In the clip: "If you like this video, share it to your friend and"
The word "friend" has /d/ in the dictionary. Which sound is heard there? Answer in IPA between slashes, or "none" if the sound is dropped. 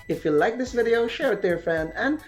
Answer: none